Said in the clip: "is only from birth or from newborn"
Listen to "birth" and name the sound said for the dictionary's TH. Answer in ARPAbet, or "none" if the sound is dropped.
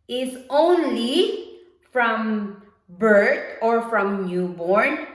T